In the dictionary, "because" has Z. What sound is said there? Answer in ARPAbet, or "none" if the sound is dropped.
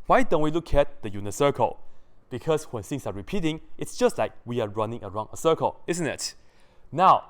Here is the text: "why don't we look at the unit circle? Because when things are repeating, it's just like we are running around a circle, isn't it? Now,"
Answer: S